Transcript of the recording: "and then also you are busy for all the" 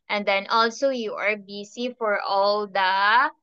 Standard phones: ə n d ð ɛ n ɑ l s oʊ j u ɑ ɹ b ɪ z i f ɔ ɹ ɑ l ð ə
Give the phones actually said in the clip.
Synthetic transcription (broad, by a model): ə n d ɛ n ɑ l s oʊ j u ɑ ɹ b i s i f ɔ ɹ ɑ l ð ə